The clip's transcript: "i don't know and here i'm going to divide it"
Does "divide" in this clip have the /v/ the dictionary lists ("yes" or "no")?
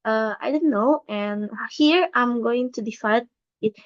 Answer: no